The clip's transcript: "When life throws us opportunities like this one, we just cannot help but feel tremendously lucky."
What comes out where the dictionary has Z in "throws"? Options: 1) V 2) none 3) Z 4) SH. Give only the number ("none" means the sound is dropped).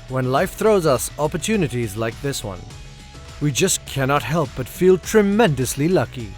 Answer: 3